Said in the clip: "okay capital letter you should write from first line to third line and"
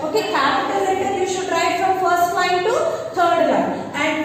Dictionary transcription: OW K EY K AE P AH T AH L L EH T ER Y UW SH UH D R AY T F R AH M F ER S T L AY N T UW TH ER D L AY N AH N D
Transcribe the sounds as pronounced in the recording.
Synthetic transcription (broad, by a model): OW K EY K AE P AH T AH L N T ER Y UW SH UH D R AY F R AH M F ER S T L AY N T UW T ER D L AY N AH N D